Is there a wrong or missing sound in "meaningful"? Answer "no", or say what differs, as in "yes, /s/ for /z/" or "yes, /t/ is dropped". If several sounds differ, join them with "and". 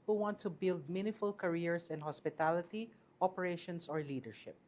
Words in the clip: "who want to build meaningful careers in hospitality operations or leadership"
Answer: yes, /ŋ/ is dropped